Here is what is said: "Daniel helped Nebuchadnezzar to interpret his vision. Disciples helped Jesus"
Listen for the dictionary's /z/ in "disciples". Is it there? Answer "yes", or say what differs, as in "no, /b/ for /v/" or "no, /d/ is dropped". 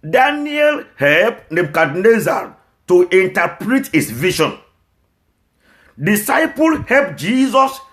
no, /z/ is dropped